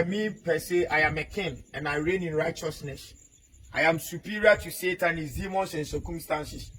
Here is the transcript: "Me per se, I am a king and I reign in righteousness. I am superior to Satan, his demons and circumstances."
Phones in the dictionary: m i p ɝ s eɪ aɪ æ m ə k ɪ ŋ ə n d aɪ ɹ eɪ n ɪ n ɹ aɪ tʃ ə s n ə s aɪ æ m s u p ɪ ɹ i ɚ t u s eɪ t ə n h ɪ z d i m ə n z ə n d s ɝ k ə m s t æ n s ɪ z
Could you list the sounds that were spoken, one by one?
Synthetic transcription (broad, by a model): m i p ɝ s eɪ aɪ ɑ m ə k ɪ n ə n aɪ ɹ eɪ n ɪ n ɹ aɪ tʃ ə s n ə s aɪ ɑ m s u p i ɹ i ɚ t u s eɪ t ə n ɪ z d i m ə n s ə n s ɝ k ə m s t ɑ n s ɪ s